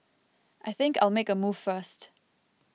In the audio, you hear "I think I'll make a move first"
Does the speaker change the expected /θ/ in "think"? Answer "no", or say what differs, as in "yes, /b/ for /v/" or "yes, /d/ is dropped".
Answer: no